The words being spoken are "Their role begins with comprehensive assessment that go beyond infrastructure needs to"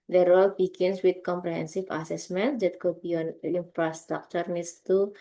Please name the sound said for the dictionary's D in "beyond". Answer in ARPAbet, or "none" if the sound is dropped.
none